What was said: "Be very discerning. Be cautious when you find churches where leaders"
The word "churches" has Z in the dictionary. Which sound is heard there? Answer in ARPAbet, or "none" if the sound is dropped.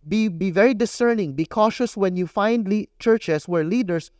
S